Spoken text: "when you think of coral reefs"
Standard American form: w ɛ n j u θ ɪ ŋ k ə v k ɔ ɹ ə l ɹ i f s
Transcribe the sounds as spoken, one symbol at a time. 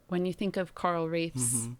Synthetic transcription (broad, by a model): w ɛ n j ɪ θ ɪ ŋ k ə v k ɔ ɹ l ɹ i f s